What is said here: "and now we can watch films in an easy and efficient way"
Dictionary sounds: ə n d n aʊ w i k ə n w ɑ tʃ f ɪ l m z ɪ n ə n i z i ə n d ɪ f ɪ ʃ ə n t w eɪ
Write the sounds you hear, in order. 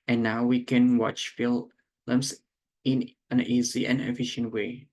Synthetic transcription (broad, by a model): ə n n aʊ w i k ə n w ɑ tʃ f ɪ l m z ɪ n ə n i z i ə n ɪ f ɪ ʃ ə n t w eɪ